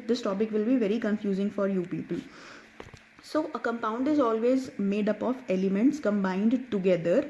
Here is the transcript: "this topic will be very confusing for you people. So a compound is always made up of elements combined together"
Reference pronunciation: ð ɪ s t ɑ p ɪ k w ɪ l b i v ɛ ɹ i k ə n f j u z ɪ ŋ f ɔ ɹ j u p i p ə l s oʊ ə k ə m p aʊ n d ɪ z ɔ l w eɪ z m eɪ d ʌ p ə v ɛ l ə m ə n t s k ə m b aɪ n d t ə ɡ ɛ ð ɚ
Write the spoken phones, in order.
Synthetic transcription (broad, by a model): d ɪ s t ɑ p ɪ k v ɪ l b i v ɛ ɹ i k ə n f j u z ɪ ŋ f ɔ ɹ j u p i p ə l s oʊ ə k ə m p aʊ n d ɪ z ɔ l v eɪ z m eɪ d ʌ p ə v ɛ l ə m ə n t s k ə m b aɪ n d t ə ɡ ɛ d ɚ